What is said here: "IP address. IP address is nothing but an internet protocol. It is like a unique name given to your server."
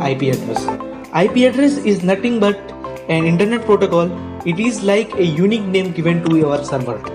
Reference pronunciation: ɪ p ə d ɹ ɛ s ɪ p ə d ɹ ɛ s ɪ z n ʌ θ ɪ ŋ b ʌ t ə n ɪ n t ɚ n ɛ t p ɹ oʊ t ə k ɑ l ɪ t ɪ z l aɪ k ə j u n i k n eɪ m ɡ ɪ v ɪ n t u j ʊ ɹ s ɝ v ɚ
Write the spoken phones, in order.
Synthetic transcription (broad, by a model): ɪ p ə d ɹ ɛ s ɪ p ə d ɹ ɛ s ɪ z n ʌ t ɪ ŋ b ʌ t ə n ɪ n t ɚ n ɛ t p ɹ oʊ t ə k ɑ l ɪ t ɪ z l aɪ k ə j u n i k n eɪ m ɡ ɪ v ɪ n t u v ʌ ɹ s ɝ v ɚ